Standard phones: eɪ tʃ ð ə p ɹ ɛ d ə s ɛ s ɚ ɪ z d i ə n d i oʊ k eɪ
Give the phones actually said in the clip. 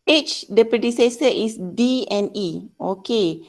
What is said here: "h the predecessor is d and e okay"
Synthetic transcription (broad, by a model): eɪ tʃ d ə p ɹ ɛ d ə s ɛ s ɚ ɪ s d i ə n i oʊ k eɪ